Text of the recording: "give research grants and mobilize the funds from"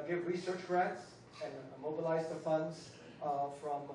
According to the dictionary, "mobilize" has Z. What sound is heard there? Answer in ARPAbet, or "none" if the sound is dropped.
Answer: Z